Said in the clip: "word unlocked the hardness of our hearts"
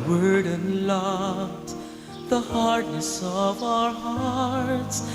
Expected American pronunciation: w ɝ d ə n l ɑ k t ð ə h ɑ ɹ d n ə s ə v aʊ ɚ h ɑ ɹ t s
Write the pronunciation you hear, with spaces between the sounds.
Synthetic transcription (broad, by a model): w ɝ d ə n l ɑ t ð ə h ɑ ɹ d n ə s ə v aʊ ɚ h ɑ ɹ t s